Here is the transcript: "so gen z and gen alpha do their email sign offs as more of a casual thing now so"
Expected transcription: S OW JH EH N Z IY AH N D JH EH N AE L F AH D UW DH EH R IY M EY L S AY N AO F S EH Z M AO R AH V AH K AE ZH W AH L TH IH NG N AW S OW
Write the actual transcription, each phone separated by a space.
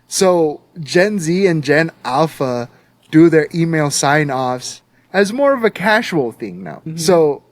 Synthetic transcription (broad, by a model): S OW JH EH N Z IY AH N JH EH N AE L F AH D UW DH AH R IY M EY L S AY N AO F S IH Z M AO R AH V AH K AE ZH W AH L TH IH NG N AW S OW